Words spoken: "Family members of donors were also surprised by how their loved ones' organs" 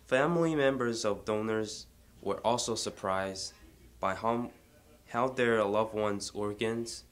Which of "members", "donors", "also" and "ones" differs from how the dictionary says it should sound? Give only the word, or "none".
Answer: none